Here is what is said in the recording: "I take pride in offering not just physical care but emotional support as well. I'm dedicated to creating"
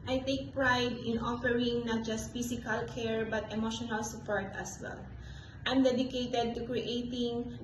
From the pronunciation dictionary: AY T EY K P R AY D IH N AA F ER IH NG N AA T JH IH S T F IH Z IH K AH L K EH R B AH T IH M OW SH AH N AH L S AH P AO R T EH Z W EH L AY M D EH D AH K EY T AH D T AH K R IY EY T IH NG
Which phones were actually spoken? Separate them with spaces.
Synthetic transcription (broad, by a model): AY T EY K P R AY D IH N AA F ER IH NG N AA T JH IH S T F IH S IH K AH L K EH R B AH T IH M OW SH AH N AH L S AH P AO R T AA S W EH L AY M D EH D AH K EY T AH D T AH K R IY EY T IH NG